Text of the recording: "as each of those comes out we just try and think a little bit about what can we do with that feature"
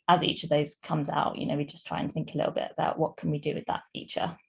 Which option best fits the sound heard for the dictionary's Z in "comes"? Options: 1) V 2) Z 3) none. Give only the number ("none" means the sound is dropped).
2